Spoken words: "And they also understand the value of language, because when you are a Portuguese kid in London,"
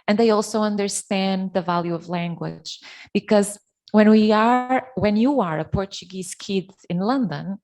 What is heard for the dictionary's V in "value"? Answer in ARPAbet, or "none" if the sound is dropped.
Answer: V